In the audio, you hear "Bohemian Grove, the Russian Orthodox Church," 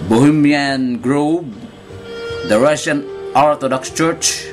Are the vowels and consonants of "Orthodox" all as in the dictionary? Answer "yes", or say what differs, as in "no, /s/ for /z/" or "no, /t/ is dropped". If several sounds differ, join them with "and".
no, /t/ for /θ/